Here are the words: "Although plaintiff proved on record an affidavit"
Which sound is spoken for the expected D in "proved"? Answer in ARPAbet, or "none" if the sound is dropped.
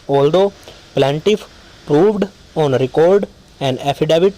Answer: D